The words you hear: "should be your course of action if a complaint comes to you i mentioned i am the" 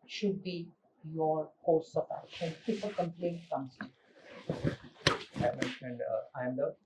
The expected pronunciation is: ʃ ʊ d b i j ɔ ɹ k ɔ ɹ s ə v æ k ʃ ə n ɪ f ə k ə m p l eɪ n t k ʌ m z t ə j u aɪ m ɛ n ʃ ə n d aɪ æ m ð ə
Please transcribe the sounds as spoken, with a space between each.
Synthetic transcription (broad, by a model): ʃ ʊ d b i j ɔ ɹ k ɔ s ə p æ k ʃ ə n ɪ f ə k ə m p l eɪ n t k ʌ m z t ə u aɪ m ɛ n ʃ ə n d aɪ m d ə